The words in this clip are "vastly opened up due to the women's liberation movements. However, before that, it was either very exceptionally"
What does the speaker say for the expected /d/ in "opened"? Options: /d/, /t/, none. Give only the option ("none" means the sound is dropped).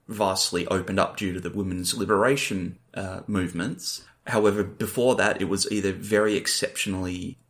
/d/